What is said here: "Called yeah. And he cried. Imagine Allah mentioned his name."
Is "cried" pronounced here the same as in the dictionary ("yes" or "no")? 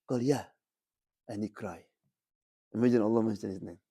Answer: no